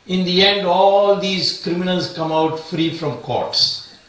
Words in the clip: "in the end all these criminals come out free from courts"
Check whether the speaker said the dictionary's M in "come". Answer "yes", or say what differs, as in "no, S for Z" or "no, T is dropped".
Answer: yes